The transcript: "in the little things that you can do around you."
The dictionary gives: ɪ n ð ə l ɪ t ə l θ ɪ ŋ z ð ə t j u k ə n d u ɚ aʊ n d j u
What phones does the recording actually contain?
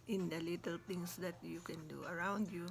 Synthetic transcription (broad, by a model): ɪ n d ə l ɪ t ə l t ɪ ŋ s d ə t j u k ə n d u ɚ aʊ n d j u